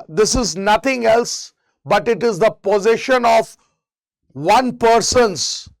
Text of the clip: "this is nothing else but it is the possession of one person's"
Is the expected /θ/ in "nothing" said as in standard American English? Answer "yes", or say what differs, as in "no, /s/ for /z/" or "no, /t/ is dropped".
no, /t/ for /θ/